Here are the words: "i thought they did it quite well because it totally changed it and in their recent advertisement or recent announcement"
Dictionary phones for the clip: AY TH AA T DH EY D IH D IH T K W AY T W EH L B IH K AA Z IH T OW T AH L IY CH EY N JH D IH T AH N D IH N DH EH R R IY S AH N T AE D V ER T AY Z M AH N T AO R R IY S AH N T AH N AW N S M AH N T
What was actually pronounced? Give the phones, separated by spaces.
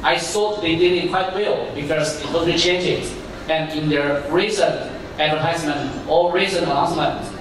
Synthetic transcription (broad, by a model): AY S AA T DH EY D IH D IH T K W AY T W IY L B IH K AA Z IH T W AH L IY CH EY N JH IH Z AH N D IH N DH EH R R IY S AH N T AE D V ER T AY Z M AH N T AO L R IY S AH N AH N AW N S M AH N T